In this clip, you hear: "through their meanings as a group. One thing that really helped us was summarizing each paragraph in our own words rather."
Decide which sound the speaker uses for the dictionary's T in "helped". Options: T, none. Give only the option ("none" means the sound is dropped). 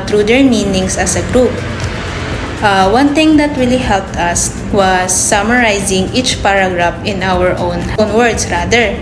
T